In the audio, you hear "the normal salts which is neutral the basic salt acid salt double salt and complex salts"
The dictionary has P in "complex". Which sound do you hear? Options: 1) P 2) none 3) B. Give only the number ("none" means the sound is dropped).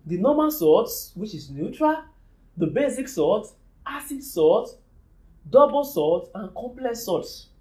1